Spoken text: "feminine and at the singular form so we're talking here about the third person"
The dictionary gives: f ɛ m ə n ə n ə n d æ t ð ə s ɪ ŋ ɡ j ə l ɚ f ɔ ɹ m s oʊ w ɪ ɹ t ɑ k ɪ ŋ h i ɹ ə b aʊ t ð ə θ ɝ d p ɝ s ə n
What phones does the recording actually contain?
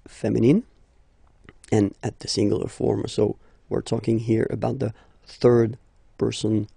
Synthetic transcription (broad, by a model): f ɛ m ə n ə n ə n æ t ð ə s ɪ ŋ ɡ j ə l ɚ f ɔ ɹ m s oʊ w ɪ ɹ t ɑ k ɪ ŋ h i ɹ ə b aʊ t ð ə θ ɝ d p ɝ s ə n